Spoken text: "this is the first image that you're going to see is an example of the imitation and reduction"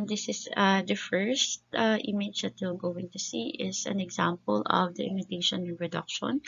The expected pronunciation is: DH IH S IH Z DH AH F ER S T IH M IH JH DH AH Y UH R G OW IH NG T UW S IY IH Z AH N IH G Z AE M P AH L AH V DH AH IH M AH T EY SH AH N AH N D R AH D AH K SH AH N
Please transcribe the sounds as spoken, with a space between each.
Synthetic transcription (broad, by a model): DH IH S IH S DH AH F ER S T IH M IH JH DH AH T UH L G OW IH NG T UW S IY IH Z AH N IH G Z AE M P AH L AH V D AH IH M AH T EY SH AH N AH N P R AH D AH K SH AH N